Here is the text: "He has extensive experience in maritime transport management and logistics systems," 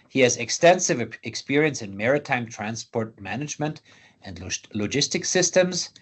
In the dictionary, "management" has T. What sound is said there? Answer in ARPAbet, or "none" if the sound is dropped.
T